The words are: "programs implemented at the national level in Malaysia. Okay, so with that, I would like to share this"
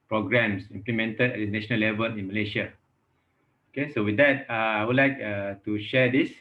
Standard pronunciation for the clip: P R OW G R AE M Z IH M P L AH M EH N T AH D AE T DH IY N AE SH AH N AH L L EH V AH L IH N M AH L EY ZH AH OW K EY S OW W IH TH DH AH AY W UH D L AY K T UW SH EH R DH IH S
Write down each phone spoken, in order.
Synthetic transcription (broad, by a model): P R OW G R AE M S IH M P L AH M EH N T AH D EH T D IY N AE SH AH N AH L L EH V AH L IH N M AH L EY SH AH OW K EY S OW W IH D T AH AY W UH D L AY K T UW SH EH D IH S